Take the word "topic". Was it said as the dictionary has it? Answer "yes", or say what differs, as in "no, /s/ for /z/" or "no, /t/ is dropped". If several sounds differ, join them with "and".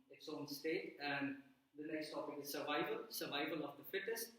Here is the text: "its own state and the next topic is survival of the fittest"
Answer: yes